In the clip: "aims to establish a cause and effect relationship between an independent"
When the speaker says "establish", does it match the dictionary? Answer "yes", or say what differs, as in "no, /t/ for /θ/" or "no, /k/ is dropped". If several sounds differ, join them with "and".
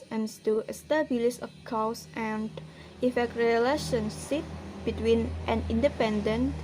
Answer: no, /s/ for /ʃ/